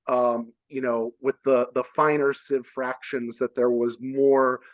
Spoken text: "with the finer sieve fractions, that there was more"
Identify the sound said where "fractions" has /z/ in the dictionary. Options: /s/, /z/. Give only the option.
/z/